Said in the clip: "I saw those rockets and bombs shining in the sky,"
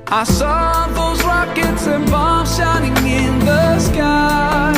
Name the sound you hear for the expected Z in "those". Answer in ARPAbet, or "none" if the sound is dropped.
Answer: Z